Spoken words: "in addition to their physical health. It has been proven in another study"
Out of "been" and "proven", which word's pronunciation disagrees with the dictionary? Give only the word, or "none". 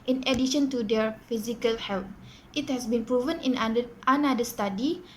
none